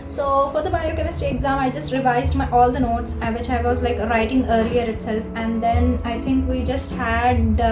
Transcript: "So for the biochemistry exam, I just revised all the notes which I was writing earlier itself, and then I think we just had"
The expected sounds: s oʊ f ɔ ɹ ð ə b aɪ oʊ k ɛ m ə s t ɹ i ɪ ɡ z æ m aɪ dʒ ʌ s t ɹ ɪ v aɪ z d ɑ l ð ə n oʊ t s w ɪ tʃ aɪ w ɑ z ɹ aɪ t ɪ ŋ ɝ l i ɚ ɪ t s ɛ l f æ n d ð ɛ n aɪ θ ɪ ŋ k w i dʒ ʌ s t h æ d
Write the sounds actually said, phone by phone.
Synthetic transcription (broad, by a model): s oʊ f ɔ ɹ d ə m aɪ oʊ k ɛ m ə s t i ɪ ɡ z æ m aɪ dʒ ʌ s t ɹ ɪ v aɪ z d ɑ l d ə n oʊ t s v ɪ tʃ aɪ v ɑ z ɹ aɪ t ɪ ŋ ɝ l i ɚ ɪ t s ɛ l f æ n d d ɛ n aɪ t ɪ ŋ k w i dʒ ʌ s t h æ d